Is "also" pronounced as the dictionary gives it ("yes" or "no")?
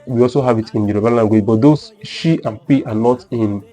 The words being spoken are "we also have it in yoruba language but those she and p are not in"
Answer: yes